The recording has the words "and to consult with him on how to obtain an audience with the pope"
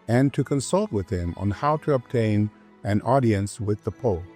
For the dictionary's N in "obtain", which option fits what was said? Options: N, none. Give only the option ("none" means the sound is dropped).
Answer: N